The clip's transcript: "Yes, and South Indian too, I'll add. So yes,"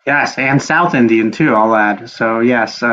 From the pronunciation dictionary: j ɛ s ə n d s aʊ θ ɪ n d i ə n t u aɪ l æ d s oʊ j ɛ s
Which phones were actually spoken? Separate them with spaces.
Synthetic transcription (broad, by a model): j ɛ s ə n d s aʊ θ ɪ n d i ə n t u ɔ l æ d s oʊ j ɛ s